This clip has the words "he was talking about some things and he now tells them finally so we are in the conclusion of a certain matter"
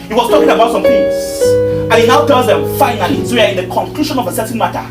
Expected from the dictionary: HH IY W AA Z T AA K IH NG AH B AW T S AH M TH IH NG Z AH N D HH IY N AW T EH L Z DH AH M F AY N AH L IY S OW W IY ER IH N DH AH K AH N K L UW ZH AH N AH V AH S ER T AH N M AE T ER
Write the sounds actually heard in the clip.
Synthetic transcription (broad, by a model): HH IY W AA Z T AA K IH NG AH B AW T S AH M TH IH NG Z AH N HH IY N AW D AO Z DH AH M F AY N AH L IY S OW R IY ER IH N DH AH K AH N K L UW SH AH N AH V AH S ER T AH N M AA T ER